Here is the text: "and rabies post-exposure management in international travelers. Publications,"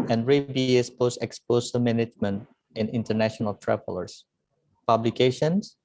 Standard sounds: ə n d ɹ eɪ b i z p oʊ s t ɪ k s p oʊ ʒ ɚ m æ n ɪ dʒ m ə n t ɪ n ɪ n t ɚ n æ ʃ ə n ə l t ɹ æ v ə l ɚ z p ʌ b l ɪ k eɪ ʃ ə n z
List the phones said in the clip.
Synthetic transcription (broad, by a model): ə n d ɹ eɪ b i s p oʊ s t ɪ k s p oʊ s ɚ m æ n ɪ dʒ m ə n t ɪ n ɪ n t ɚ n æ ʃ ə n ə l t ɹ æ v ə l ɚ s p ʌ b l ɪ k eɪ ʃ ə n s